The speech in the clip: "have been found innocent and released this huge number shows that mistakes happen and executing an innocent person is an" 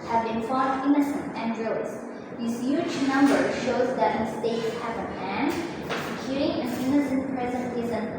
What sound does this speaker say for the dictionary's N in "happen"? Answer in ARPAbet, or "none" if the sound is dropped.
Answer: none